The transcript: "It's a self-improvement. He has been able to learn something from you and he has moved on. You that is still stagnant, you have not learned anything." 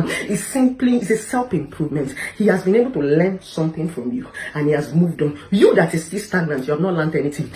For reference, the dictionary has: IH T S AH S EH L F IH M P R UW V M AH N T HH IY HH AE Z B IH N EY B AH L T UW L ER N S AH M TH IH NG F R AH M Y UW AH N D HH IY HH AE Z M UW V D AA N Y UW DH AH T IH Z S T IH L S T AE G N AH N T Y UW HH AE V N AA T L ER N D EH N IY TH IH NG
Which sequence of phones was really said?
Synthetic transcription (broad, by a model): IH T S AH S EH L P IH M P R UW V M AH N T HH IY HH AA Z B IH N EY B AH L T UW L ER N S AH M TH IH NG F R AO M Y UW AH N HH IY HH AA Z M UW V D AA N Y UW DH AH T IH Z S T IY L S T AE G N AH N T Y UW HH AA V N AA T L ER N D EH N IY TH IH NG